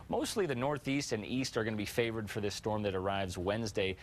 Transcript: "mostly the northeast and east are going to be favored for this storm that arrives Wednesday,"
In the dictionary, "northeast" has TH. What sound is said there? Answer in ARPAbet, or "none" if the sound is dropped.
TH